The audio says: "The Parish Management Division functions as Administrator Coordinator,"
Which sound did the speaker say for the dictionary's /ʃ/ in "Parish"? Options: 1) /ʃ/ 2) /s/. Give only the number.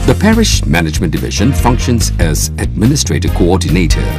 1